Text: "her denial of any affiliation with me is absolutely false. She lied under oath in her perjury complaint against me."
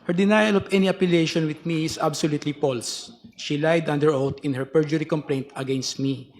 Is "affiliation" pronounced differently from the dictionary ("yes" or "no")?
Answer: yes